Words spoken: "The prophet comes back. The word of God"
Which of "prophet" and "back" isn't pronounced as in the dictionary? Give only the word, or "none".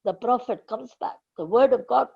none